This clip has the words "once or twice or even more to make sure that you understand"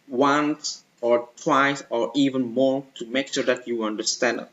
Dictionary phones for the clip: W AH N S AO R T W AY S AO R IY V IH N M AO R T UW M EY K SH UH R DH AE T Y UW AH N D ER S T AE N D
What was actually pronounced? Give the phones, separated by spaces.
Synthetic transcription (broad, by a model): W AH N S AO R T W AY S AO R IY V IH N M AO R T UW M EY K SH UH R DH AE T Y UW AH N D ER S T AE N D